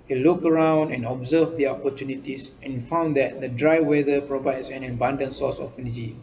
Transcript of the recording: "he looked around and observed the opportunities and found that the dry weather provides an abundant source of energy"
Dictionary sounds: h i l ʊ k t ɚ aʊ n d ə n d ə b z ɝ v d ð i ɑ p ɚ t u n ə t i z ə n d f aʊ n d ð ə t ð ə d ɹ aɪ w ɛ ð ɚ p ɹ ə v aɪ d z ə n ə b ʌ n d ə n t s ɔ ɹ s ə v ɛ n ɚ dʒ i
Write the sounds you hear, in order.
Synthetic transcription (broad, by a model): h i l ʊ k ɚ aʊ n d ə n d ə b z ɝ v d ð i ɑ p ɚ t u n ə t i s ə n f aʊ n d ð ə t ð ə d ɹ aɪ w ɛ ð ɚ p ɹ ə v aɪ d s ə n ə b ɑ n d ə n s ɔ s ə f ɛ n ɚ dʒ i